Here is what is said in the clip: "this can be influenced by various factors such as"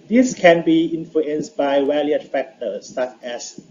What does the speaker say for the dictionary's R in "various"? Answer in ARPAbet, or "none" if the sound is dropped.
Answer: L